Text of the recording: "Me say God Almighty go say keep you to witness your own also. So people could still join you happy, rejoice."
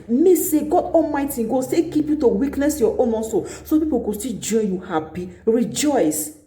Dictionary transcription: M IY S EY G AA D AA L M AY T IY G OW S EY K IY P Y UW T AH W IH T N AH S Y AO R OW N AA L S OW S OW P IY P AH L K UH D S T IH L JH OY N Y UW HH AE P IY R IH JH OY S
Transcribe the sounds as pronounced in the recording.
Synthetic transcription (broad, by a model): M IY S EY G AA D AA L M AY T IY G OW S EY K IY P Y UW T AH W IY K N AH S Y AO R OW N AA N S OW S OW P IY P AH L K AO S T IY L JH OY N Y UW HH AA P IY R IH JH OY S